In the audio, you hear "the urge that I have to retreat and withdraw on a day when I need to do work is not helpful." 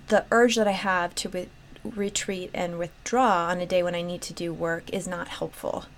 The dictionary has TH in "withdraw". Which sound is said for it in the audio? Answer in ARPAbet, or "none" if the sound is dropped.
TH